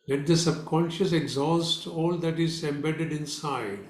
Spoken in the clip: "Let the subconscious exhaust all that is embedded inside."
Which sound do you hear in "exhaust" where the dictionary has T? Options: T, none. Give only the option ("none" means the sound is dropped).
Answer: T